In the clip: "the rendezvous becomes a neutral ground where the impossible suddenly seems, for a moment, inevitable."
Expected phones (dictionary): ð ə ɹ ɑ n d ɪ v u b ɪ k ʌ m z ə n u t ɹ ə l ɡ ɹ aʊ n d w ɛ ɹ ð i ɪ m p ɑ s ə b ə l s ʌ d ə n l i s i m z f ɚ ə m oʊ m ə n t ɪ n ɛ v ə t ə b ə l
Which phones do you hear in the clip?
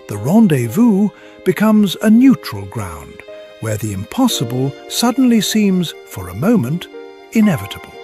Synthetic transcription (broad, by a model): ð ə ɹ ɑ n d ɪ v u b ɪ k ʌ m z ə n u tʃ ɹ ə l ɡ ɹ aʊ n d w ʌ ɹ ð i ɪ m p ɑ s ə b ə l s ʌ d n l i s i m z f ɚ ə m oʊ m ə n t ɪ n ɛ v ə t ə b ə l